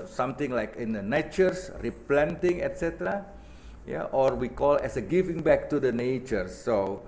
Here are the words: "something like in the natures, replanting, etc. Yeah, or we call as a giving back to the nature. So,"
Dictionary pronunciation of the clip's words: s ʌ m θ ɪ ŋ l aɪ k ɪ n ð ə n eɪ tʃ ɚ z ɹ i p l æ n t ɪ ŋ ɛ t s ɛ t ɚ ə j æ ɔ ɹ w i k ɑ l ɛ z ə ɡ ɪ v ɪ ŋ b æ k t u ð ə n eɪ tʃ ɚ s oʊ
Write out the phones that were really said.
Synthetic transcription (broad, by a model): s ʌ m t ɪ ŋ l aɪ k ɪ n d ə n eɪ tʃ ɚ s ɹ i p l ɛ n t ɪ ŋ ɛ t s ɛ t ɚ ə j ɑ ɔ ɹ w i k ɑ l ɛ s ə ɡ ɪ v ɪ ŋ b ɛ k t u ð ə n eɪ tʃ ɚ s oʊ